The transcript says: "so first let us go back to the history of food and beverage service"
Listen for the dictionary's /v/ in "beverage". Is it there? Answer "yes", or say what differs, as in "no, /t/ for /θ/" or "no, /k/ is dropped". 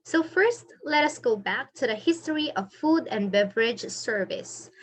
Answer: yes